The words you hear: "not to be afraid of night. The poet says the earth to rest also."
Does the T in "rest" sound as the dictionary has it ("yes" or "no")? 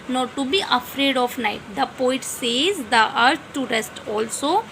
yes